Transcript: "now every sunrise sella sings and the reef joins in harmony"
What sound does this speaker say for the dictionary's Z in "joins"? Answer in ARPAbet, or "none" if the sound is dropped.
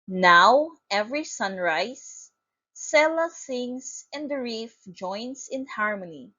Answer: S